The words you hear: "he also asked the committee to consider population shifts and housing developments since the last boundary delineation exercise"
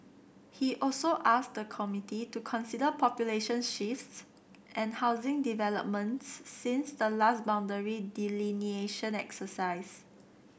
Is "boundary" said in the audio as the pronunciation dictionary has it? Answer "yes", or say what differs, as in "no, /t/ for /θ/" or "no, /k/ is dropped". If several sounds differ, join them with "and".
yes